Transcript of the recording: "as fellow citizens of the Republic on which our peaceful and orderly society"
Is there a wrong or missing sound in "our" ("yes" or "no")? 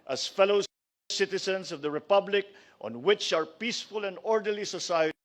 no